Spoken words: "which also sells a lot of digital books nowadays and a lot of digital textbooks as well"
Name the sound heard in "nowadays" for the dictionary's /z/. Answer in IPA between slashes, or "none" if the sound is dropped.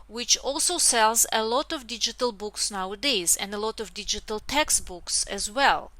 /z/